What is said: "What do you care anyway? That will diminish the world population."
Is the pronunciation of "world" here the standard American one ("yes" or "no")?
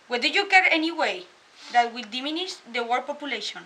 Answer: no